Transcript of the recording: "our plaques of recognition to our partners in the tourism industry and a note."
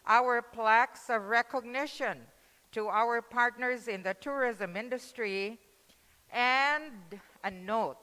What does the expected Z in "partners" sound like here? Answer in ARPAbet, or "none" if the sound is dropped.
Z